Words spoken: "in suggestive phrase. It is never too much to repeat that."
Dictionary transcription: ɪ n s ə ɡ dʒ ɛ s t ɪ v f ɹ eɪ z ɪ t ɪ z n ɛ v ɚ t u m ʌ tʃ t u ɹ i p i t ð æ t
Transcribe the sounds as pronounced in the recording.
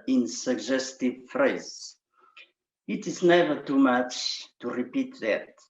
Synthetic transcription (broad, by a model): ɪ n s ə ɡ dʒ ɛ s t ɪ v f ɹ eɪ z ɪ t ɪ z n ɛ v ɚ t u m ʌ tʃ t u ɹ i p i t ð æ t